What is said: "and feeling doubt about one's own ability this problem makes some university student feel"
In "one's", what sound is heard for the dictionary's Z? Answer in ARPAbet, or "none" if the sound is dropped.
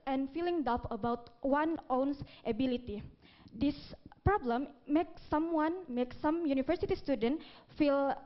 none